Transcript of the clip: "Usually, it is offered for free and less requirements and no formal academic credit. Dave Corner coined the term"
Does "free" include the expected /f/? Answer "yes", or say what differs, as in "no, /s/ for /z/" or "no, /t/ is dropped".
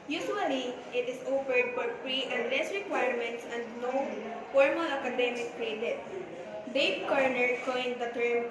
no, /p/ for /f/